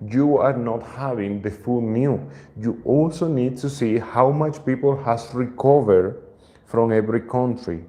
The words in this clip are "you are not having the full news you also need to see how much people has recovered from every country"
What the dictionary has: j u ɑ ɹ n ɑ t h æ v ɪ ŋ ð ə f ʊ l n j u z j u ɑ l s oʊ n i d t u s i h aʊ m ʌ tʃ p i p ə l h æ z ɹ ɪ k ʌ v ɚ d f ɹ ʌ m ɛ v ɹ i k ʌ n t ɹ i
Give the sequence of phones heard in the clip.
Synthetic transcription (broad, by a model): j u ɑ ɹ n ɑ t h æ v ɪ ŋ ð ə f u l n j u j u ɑ l s oʊ n i d t u s i h aʊ m ʌ tʃ p i p ə l h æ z ɹ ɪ k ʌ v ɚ d f ɹ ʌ m ɛ v ɹ i k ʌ n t ɹ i